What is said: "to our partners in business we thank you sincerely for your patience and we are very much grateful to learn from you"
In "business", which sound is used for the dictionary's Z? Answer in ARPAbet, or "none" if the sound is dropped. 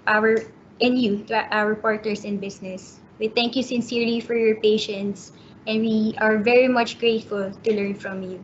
S